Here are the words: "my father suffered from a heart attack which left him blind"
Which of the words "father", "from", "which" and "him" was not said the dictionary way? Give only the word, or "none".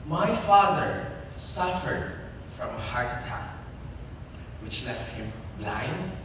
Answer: none